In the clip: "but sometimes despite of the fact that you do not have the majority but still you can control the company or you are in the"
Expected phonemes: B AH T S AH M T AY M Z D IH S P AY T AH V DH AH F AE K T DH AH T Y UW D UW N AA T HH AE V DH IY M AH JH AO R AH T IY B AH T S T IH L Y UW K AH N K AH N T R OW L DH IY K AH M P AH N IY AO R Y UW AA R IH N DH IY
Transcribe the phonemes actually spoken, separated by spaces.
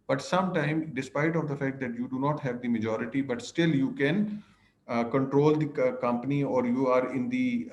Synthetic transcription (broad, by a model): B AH T S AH M T AY M D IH S P AY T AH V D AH F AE K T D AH T Y UW D UW N AA T HH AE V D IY M AH JH AO R AH T IY B AH T S T IH L Y UW K AH N K AH N T R OW L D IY K AH M P AH N IY AO R Y UW AA R IH N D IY